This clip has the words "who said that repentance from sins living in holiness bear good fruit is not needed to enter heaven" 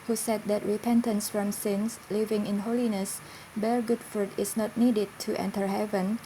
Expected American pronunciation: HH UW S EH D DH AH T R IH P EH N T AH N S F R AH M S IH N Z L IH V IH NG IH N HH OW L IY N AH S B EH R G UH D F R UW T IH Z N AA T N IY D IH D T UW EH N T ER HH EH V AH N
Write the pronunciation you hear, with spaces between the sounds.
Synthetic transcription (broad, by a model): HH UW S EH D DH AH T R IH P EH N T AH N S F R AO M S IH N S L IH V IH NG IH N HH OW L IY N AH S B EH R G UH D F R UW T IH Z N AA T N IY D IH D T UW EH N T ER HH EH V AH N